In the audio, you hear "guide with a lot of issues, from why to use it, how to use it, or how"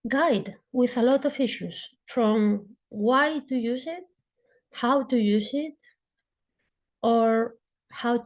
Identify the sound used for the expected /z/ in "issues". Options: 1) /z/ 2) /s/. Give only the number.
2